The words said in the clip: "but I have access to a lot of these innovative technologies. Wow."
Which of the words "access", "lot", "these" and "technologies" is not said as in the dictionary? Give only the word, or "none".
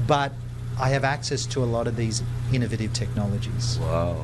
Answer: none